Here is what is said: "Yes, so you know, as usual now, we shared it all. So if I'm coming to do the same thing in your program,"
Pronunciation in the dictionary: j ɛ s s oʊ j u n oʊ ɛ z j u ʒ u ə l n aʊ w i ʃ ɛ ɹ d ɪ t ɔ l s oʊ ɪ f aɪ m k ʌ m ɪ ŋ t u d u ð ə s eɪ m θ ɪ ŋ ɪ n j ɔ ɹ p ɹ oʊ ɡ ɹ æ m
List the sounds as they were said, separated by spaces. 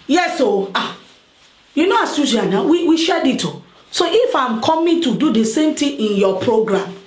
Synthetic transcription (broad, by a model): j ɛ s s oʊ j u n oʊ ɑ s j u s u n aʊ w i ʃ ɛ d ɪ t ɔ s oʊ ɪ f aɪ m k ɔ m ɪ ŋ t u d u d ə s eɪ m t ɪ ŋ ɪ n j ɔ p ɹ oʊ ɡ ɹ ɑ m